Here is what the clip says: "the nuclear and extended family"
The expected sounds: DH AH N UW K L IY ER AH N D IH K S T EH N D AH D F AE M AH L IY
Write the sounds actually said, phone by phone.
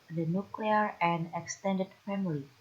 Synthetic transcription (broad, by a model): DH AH N UW K L IY ER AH N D IH K S T EH N D AH D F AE M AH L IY